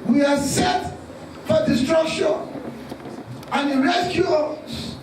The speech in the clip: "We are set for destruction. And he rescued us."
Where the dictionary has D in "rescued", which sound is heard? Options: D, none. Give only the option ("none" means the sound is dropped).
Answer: none